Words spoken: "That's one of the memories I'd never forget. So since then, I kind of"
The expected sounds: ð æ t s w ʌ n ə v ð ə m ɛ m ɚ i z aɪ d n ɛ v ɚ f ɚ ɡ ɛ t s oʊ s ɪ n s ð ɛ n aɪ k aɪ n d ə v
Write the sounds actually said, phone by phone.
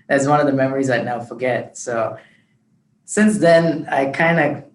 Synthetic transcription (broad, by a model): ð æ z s w ʌ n ə v ð ə m ɛ m ɚ i z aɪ n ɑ ʊ f ɚ ɡ ɛ t s oʊ s ɪ n s ð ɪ n aɪ k aɪ n d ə